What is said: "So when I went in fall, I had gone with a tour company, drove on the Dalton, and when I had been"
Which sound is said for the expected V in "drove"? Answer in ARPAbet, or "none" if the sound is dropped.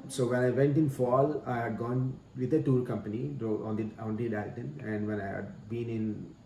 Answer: none